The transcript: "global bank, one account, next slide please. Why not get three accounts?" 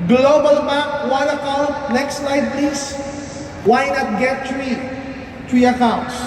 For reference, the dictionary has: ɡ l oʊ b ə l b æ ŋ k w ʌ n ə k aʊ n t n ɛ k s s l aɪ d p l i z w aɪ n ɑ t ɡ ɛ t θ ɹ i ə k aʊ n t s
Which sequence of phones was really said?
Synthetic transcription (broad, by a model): ɡ l oʊ b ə l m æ k w ʌ n ə k aʊ n t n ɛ k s s l aɪ d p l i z w aɪ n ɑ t ɡ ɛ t t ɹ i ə k aʊ n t s